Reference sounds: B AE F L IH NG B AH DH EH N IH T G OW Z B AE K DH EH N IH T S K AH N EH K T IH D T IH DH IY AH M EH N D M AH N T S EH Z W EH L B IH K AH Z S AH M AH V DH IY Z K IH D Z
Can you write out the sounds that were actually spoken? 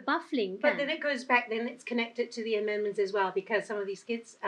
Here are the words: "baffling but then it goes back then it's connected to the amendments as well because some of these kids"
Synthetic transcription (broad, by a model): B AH F L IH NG B AH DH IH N IH T G OW Z B AE K DH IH N IH T S K AH N EH K T IH D T IH DH IY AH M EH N M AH N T S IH Z W EH L B IH K AH Z S AH M AH V DH IY Z K IH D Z